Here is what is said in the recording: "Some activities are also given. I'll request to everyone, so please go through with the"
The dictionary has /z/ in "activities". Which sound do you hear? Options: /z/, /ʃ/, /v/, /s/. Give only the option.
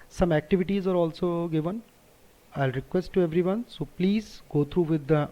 /z/